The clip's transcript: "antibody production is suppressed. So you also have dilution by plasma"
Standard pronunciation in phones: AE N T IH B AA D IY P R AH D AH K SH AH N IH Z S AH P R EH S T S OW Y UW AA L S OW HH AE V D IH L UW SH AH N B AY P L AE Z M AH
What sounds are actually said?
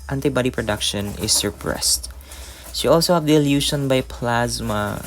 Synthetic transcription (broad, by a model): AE N T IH B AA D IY P R AH D AH K SH AH N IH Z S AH P R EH S T SH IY AA L S OW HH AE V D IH L UW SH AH N B AY P L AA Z M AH